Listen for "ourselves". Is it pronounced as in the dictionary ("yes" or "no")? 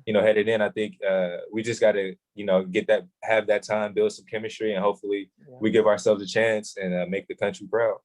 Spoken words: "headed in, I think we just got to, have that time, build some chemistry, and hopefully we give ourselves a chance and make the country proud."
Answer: yes